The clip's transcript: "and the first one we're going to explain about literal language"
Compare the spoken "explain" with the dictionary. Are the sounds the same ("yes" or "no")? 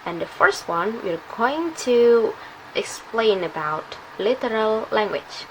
yes